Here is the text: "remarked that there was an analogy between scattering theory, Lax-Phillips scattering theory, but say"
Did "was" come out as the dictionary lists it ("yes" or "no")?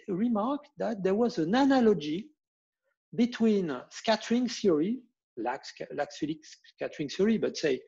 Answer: yes